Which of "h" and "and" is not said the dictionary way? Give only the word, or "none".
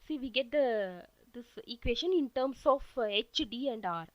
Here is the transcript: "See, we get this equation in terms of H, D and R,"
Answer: none